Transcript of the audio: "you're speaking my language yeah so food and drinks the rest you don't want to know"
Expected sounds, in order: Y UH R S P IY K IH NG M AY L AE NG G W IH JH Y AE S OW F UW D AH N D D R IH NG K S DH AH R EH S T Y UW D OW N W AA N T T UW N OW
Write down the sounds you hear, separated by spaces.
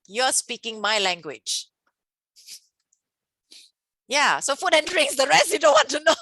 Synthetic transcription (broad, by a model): Y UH S P IY K IH NG M AY L AE NG G W IH JH Y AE S OW F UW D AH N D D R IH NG S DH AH R EH S T Y UW D OW N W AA N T T UW N OW